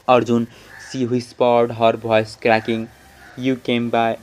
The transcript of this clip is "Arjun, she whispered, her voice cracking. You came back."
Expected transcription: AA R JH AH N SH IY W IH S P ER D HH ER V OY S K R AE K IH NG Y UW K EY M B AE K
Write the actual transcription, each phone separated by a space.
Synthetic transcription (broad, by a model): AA R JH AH N S IY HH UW S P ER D HH ER B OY S K R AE K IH NG Y UW K EY M B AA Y